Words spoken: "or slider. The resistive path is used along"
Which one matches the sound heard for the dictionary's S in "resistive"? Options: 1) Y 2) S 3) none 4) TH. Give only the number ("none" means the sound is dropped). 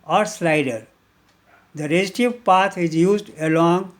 3